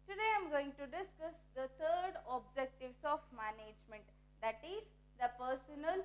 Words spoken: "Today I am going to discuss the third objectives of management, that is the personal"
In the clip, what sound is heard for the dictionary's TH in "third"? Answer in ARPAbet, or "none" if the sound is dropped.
T